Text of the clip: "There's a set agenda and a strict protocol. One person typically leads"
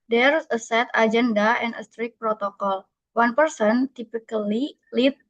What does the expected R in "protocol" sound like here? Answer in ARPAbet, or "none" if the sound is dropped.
R